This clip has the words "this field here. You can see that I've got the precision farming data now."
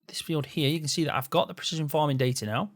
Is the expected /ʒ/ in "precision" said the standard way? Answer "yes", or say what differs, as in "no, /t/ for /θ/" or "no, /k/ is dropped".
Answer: yes